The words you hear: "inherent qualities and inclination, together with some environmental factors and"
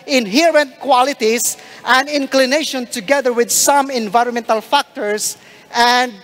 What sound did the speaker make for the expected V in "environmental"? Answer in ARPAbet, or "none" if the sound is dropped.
V